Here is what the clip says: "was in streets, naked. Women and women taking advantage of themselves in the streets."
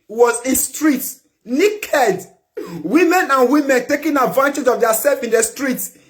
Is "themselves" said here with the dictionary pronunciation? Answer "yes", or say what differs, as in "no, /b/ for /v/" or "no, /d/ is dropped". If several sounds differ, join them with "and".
no, /m/ is dropped